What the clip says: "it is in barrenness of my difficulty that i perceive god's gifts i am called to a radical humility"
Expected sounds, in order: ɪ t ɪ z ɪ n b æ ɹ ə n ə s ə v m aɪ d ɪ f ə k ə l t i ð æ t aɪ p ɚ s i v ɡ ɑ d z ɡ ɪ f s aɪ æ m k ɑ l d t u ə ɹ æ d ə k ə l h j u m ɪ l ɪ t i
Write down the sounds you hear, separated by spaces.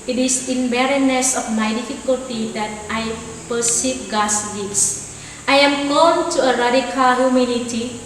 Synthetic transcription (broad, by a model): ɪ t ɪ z ɪ n b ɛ ɹ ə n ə s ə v m aɪ d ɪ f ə k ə l t i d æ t aɪ p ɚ s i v ɡ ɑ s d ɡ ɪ s aɪ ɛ m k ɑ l t u ə ɹ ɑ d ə k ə l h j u m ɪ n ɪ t i